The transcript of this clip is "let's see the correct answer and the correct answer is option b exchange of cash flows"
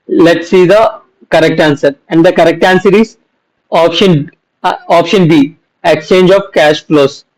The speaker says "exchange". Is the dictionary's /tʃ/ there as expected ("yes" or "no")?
yes